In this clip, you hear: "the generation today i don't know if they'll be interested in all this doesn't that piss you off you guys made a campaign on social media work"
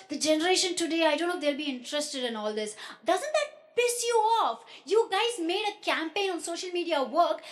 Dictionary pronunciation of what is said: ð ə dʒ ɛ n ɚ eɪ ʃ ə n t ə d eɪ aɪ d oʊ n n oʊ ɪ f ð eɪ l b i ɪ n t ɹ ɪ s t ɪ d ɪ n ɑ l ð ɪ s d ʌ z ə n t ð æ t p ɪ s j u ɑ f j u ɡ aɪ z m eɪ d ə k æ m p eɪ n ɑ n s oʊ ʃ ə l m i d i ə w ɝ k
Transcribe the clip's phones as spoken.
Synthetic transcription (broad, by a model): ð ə dʒ ɛ n ɚ eɪ ʃ ə n t ə d eɪ aɪ d oʊ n n oʊ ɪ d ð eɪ l b i ɪ n t ɹ ɪ s t ɪ d ɪ n ɑ l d ɪ s d ʌ z ə n t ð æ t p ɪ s j u ɑ f j u ɡ aɪ z m eɪ d ə k æ m p eɪ n ɑ n s oʊ ʃ ə l m i d i ə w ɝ k